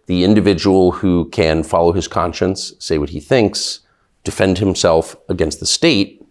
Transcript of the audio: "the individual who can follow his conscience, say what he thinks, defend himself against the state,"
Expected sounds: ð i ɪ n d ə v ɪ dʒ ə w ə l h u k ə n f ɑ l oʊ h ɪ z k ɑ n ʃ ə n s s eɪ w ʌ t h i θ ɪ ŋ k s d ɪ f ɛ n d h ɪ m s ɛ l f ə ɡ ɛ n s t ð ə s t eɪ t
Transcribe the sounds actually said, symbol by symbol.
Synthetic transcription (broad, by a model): ð i ɪ n d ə v ɪ dʒ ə w l h u k ə n f ɑ l oʊ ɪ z k ɑ n ʃ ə n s s eɪ w ʌ t h i θ ɪ ŋ k s d ɪ f ɛ n d h ɪ m s ɛ l f ə ɡ ɛ n s t ð ə s t eɪ t